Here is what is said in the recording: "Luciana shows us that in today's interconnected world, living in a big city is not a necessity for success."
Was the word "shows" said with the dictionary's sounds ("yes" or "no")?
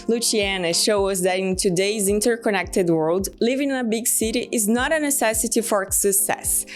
no